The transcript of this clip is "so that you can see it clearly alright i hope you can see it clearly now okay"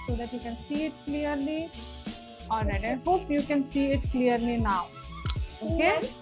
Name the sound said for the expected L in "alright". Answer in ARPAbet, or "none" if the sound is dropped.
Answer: none